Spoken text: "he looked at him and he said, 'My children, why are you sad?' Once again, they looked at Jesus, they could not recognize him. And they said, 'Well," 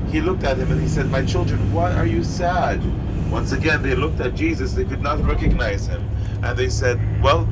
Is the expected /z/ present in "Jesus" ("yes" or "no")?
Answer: yes